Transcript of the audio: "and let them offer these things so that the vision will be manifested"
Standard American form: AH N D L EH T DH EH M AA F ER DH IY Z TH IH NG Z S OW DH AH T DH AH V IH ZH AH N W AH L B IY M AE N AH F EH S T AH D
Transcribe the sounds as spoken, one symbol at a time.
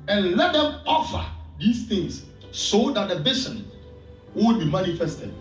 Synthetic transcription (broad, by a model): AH N L EH T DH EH M AA F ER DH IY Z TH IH NG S S OW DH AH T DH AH B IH S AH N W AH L B IY M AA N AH F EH S T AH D